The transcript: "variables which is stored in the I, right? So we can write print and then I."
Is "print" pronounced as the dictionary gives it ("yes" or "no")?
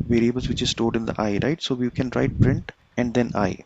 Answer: yes